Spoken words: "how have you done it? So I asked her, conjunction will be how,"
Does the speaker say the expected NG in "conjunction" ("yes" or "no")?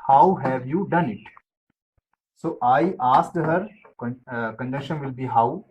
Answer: no